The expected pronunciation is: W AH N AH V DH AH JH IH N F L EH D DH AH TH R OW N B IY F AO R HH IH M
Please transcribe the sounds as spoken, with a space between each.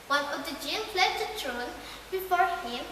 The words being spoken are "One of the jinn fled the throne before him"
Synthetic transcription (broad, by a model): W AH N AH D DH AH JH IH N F L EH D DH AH T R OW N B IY F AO R HH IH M